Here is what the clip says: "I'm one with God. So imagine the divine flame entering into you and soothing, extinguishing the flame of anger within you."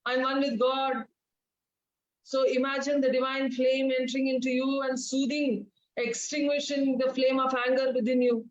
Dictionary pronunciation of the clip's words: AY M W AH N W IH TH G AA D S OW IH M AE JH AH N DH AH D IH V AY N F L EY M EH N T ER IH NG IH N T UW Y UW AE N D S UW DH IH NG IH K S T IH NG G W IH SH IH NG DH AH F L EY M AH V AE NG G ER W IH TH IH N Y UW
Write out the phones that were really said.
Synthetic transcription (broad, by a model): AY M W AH N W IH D G AA D S OW IH M AE JH AH N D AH D IH V AY N F L EY M EH N T ER IH NG IH N T UW Y UW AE N D S UW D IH NG IH K S T IH NG G W IH SH IH NG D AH F L EY M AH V AE NG G ER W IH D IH N Y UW